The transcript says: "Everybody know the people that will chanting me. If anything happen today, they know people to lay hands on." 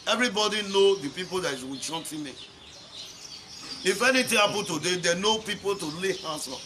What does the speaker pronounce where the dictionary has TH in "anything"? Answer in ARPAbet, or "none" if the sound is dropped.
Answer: T